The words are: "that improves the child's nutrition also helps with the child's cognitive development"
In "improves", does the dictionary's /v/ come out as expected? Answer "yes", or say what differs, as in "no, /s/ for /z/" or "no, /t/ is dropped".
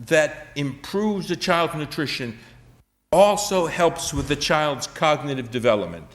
yes